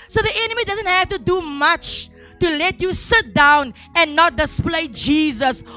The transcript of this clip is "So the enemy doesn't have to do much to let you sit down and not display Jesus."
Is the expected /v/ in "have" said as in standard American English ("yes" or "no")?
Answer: no